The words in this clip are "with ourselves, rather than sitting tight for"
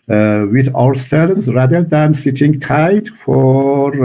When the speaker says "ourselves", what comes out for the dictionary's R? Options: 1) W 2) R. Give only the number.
1